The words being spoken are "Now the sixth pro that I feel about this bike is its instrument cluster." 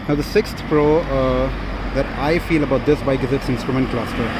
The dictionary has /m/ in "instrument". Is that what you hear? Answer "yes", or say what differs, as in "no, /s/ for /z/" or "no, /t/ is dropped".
yes